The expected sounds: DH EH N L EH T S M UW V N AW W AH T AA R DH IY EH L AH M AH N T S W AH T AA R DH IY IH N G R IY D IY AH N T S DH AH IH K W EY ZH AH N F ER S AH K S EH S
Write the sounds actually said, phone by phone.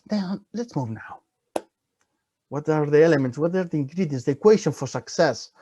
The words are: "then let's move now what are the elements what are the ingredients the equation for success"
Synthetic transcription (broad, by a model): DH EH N L EH T S M UW V N AW W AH T AA R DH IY EH L AH M AH N T S W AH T AA R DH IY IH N G R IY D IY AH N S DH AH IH K W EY SH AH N F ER S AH K S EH S